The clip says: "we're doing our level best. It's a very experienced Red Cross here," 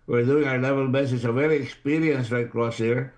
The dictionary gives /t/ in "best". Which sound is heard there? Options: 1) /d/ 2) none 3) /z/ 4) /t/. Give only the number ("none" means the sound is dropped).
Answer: 2